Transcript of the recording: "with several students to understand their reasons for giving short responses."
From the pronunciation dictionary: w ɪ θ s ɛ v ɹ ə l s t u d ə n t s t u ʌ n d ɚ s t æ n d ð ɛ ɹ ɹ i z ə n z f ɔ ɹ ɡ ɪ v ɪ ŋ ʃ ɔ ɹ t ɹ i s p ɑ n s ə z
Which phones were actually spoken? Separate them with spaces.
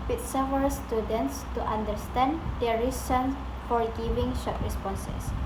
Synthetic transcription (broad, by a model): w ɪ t s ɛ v ə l s t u d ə n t s t u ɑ n d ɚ s t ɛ n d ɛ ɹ ɹ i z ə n f ɔ ɹ ɡ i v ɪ ŋ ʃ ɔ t ɹ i s p ɑ n s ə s